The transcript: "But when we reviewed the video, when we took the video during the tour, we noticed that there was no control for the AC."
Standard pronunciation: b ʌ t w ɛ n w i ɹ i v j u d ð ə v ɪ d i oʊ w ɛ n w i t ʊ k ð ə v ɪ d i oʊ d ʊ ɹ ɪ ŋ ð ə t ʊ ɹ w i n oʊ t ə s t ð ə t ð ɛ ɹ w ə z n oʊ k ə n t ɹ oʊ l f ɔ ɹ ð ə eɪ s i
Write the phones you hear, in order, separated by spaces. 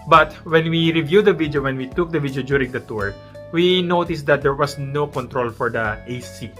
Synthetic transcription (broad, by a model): b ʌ t w ɛ n w i ɹ i v j u d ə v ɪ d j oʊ w ɛ n w i t ʊ k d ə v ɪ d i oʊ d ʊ ɹ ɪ ŋ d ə t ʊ ɹ w i n oʊ t ə s t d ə t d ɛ ɹ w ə s n oʊ k ə n t ɹ oʊ l f ɔ ɹ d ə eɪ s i